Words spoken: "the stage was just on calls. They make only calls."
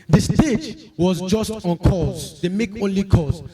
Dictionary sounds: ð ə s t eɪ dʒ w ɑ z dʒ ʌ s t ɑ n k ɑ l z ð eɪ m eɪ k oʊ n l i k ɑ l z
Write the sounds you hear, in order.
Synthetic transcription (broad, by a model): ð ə s t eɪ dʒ w ɑ z dʒ ʌ s t ɑ n k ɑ z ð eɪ m eɪ k oʊ n l i k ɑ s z